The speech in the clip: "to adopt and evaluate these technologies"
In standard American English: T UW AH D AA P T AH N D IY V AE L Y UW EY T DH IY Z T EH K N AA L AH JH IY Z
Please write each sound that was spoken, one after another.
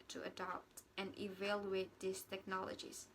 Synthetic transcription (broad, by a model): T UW AH D AA P T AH N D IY V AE L Y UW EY T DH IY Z T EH K N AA L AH JH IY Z